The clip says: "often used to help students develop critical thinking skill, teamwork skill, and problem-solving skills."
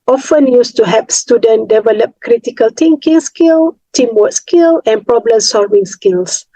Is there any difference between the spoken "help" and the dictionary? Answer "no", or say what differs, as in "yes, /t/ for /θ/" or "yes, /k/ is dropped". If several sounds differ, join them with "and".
yes, /l/ is dropped